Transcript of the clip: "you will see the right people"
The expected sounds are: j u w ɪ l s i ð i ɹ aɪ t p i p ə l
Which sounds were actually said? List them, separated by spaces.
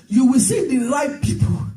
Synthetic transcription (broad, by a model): j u w ɪ l s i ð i l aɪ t p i p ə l